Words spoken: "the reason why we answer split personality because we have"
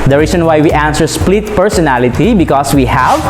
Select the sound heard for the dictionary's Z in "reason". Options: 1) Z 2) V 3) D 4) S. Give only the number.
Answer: 4